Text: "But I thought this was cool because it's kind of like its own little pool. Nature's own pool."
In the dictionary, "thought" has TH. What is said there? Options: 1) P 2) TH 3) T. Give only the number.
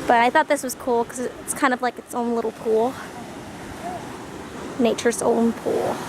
2